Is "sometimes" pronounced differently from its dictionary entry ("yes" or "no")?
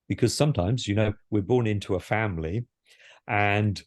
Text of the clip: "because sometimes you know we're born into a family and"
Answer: no